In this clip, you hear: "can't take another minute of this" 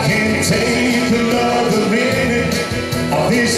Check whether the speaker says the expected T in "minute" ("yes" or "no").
no